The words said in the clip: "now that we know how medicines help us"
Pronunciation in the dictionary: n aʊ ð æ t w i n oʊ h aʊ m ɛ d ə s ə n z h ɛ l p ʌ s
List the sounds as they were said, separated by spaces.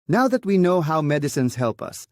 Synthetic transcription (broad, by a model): n aʊ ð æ t w i n oʊ h aʊ m ɛ d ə s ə n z h ɛ l p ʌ s